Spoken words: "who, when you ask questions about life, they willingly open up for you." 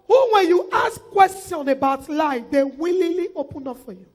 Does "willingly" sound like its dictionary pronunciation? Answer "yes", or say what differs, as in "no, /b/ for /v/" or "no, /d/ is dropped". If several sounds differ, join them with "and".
no, /ŋ/ is dropped